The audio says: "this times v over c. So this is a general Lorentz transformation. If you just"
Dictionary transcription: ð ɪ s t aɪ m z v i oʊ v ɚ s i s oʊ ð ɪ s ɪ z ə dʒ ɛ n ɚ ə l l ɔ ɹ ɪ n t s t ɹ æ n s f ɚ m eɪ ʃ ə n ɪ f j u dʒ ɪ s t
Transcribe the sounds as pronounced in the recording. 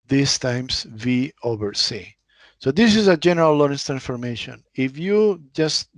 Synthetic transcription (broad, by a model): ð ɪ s t aɪ m s v i oʊ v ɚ s i s oʊ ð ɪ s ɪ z ə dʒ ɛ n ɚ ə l l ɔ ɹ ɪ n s t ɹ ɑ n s f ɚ m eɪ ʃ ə n ɪ f j u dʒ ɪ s t